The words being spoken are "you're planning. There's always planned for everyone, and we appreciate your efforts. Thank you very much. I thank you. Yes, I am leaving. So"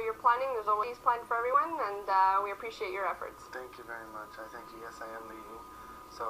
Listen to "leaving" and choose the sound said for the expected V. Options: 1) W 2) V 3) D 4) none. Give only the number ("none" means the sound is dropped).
4